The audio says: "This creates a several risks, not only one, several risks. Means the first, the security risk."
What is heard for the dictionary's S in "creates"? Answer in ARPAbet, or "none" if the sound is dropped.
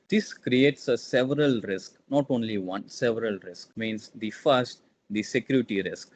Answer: S